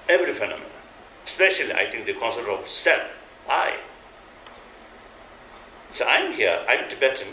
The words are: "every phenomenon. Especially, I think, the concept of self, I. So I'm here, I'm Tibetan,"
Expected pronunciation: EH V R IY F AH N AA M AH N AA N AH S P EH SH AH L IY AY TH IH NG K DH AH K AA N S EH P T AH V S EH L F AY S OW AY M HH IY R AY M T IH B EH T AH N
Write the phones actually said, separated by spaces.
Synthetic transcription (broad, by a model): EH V R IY F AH N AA M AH N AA AH S P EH SH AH L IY AY T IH NG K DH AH K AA N S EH T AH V S EH L F AY S OW AY M HH IY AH AY M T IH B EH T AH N